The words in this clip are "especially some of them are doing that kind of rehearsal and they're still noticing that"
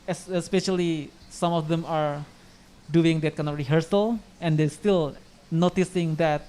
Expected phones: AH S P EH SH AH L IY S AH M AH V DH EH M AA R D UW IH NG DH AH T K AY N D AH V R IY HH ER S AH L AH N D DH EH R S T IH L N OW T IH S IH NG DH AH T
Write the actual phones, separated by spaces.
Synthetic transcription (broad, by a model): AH S P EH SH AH L IY S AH M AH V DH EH M AA R D UW IH NG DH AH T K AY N AH R IY HH ER S AH L AH N D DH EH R S T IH L N OW T IH S IH NG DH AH T